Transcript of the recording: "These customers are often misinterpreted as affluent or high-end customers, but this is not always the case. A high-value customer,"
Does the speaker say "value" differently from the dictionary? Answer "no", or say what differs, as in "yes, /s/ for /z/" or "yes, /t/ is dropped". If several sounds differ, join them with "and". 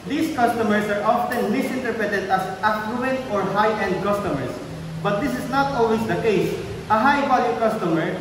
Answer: yes, /b/ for /v/